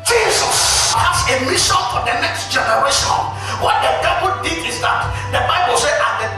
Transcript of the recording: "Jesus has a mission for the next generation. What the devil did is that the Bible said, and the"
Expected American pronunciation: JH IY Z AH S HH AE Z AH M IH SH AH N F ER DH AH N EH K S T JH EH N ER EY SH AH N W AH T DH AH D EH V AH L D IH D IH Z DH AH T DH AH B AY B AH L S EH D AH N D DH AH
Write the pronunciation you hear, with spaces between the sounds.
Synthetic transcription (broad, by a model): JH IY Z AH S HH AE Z AH M IH SH AH N F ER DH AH N EH K S T JH EH N ER EY SH AH N W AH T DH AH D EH W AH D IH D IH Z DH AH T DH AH B AY B AH L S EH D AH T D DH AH